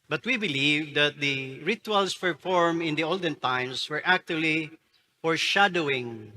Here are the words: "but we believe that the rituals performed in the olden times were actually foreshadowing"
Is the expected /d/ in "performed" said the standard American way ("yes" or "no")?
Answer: no